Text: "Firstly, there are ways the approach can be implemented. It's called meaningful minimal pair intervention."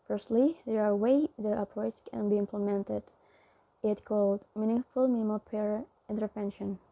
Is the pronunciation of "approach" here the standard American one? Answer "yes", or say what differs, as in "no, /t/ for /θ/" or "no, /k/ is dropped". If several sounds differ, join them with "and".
no, /s/ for /tʃ/